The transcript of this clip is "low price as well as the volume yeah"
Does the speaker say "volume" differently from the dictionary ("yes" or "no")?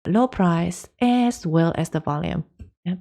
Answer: no